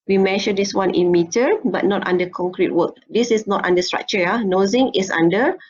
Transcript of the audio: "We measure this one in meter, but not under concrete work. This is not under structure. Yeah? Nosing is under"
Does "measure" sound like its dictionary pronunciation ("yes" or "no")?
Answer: no